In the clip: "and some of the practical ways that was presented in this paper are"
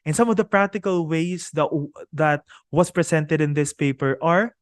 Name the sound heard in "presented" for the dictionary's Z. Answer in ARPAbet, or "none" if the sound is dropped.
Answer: S